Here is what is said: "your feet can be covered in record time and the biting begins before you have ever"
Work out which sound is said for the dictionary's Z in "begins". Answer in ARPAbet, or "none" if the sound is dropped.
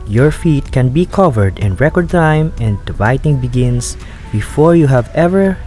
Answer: S